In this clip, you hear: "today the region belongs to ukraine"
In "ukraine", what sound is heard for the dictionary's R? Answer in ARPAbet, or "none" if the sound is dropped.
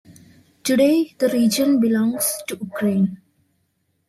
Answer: R